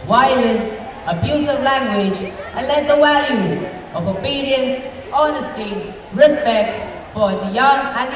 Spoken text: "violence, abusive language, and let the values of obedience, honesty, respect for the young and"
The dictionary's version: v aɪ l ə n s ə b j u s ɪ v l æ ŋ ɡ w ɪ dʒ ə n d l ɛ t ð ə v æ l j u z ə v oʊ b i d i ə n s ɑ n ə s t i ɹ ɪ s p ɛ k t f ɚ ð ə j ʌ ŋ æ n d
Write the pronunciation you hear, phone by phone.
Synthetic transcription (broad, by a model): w aɪ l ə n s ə b j u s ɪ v l æ ŋ ɡ w ɪ dʒ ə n l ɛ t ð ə w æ l j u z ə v oʊ b i d i ə n s ɑ n ə s t i ɹ ɪ s p ɛ k t f ɚ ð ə j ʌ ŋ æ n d